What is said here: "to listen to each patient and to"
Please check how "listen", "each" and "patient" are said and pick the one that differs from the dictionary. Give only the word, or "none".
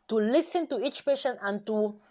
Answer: patient